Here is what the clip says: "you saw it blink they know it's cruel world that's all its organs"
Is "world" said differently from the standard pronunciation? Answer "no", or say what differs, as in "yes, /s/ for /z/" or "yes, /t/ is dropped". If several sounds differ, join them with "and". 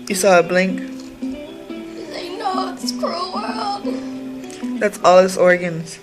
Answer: yes, /l/ is dropped